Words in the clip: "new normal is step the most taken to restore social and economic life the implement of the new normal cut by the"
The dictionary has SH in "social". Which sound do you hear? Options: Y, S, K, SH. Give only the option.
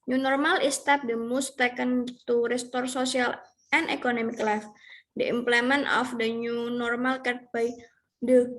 S